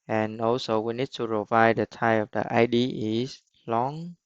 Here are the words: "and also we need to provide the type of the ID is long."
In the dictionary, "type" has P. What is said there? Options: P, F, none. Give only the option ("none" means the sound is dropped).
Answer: none